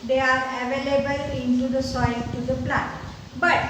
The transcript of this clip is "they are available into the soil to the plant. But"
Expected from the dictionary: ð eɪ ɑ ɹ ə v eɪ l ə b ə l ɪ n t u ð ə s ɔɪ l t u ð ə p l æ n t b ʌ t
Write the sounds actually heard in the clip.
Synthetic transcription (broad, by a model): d eɪ ɑ ɹ ə v eɪ l ə b ə l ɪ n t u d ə s ɔɪ l t u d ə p l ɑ t b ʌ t